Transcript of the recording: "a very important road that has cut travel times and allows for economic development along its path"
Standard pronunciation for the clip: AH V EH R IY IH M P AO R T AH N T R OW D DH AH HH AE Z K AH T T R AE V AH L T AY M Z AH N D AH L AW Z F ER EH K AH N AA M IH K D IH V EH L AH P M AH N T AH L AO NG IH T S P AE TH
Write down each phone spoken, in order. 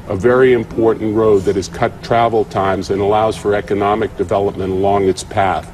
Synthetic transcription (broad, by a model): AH V EH R IY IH M P AO R T N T R OW D DH AH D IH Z K AH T T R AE V L T AY M Z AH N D AH L AW Z F ER EH K AH N AA M IH K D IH V EH L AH P M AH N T AH L AO NG IH T S P AE TH